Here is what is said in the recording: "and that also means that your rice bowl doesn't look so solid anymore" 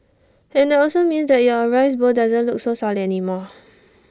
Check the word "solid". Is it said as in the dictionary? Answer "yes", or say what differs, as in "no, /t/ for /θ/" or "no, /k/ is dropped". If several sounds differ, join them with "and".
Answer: no, /d/ is dropped